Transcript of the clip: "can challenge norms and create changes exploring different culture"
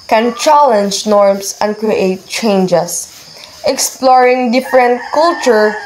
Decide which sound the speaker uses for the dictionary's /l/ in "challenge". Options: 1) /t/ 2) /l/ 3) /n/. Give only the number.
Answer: 2